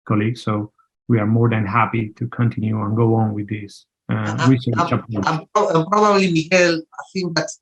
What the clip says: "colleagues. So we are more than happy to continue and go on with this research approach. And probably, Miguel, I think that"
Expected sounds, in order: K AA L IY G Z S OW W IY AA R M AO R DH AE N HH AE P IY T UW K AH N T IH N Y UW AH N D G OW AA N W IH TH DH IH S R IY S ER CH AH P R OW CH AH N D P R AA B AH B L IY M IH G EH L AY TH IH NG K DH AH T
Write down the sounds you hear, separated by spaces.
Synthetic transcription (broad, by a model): K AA L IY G S OW W IY AA R M AO R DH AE N HH AE P IY T UW K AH N T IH N Y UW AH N G OW AA N W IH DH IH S W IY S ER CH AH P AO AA AH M P R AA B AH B L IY M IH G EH L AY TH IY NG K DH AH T